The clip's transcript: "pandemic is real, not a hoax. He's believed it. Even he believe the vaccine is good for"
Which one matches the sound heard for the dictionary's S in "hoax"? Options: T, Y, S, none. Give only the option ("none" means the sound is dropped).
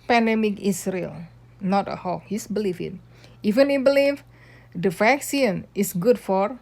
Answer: none